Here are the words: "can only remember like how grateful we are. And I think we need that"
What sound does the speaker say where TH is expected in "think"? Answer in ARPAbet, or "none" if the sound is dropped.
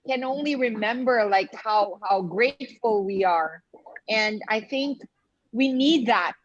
TH